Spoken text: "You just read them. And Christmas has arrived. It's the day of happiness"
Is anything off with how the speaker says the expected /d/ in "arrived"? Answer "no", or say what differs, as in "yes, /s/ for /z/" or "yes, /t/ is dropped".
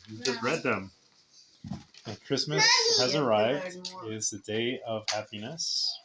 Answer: no